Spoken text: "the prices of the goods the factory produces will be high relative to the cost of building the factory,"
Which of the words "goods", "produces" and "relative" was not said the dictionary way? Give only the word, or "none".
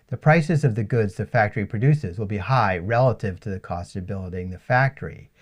none